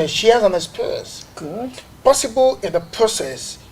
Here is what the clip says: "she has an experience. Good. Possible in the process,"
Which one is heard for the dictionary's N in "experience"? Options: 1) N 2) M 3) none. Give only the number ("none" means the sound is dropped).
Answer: 3